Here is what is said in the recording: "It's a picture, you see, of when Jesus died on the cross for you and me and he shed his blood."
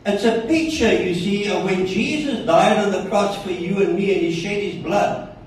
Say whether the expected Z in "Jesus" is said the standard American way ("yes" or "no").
yes